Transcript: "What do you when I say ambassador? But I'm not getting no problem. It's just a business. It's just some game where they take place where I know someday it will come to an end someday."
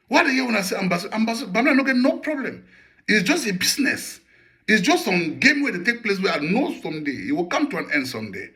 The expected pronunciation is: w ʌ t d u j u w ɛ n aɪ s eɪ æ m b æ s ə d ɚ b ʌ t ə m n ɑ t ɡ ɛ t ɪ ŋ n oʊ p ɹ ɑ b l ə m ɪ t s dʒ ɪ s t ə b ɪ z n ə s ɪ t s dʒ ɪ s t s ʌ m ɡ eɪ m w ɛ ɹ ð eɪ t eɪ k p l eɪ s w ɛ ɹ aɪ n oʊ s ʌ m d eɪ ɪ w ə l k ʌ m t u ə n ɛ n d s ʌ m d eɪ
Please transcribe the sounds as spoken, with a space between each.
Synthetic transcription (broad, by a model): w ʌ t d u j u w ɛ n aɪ s eɪ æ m b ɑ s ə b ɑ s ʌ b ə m l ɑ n ɡ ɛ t n oʊ p ɹ ɑ b l ə m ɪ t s dʒ ɪ s t ə b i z n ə s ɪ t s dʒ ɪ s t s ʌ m ɡ eɪ m w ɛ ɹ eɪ t eɪ k p l eɪ s w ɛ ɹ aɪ n oʊ s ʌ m d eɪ ɪ w ə l k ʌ m t u ə n ɛ n d s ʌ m d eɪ